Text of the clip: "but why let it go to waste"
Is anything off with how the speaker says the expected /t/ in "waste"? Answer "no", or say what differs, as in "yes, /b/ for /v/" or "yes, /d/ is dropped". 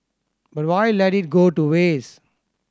yes, /t/ is dropped